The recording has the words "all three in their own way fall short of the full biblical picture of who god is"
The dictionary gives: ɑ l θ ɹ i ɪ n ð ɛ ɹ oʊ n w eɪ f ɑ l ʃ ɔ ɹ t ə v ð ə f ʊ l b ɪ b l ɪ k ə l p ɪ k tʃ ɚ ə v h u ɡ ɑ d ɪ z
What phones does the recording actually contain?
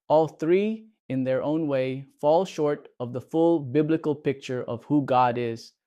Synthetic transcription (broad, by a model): ɑ l θ ɹ i ɪ n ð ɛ ɹ oʊ n w eɪ f ɑ l ʃ ɔ ɹ t ə v ð ə f ʊ l b ɪ b l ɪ k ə l p ɪ k tʃ ɚ ə v h u ɡ ɑ d ɪ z